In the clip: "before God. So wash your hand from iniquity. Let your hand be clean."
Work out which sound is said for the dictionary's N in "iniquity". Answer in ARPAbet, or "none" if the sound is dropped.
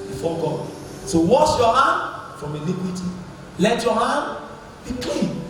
L